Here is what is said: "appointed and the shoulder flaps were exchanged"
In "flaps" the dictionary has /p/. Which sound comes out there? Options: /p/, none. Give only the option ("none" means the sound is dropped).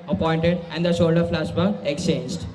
none